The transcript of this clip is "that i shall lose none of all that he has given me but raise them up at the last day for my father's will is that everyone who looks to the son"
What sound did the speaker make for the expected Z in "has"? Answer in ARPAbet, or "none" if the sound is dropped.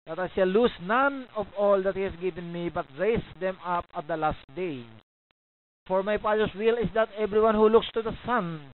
S